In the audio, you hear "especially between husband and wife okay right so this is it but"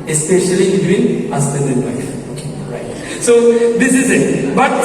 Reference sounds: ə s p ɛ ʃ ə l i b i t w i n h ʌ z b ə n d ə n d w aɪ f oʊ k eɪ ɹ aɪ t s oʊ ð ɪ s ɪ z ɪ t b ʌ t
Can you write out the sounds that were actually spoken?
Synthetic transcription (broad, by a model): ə s p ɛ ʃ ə l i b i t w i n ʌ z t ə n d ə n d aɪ oʊ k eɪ ɹ aɪ t s oʊ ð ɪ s ɪ z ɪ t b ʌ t